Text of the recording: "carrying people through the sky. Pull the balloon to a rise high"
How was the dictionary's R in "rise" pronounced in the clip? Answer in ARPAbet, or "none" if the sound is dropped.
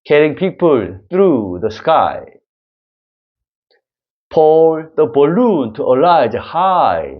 L